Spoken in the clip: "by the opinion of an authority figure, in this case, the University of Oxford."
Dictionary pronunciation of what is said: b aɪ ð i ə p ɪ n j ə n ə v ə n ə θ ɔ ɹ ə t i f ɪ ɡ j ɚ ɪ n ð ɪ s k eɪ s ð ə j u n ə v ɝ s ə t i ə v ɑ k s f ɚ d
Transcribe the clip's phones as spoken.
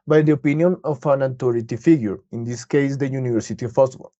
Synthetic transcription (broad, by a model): b aɪ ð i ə p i n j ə n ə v ə n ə t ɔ ɹ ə t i f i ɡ j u ɪ n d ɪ s k eɪ s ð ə j u n ə v ɝ s ə t i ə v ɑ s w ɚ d